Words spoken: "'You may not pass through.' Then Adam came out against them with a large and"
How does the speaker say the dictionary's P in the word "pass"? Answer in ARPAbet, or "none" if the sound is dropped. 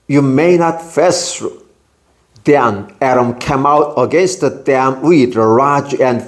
F